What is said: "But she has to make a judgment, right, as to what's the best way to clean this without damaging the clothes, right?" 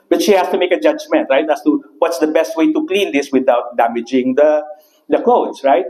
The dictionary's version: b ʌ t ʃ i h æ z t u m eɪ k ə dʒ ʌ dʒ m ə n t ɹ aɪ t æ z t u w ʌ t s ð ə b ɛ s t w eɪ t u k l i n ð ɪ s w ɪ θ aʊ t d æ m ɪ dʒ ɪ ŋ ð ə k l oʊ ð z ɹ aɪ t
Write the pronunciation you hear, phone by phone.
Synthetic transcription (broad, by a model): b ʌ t ʃ i h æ s t u m eɪ k ə dʒ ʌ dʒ m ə n t ɹ aɪ t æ s t u w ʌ t s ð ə b ɛ s t w eɪ t u k l i n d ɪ s w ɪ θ aʊ t d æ m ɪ dʒ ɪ ŋ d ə k l oʊ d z ɹ aɪ t